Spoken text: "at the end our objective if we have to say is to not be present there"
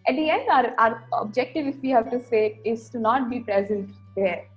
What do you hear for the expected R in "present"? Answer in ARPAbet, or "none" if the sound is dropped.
R